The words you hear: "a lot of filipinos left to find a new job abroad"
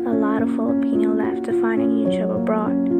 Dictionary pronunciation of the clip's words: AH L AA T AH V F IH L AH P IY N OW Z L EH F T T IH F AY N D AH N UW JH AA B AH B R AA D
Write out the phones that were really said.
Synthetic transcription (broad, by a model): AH L AA T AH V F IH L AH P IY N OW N L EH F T T IH F AY N D AH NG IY CH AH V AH B R AA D